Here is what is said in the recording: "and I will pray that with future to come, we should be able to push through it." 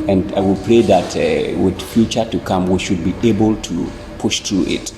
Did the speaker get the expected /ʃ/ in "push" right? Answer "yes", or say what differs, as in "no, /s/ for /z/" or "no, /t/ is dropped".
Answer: yes